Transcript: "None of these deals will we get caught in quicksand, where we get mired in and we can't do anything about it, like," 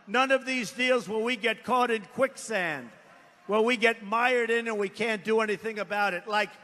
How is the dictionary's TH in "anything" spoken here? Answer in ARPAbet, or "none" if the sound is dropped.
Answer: TH